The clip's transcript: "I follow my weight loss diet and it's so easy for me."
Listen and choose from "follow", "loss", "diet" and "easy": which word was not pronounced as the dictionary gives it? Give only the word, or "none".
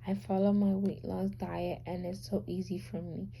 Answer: none